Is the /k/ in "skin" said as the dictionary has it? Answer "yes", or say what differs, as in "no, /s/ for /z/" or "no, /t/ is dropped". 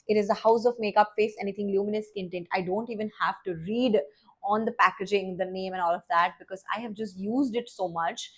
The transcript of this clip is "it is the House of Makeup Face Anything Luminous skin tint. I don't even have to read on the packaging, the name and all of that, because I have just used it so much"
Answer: no, /k/ is dropped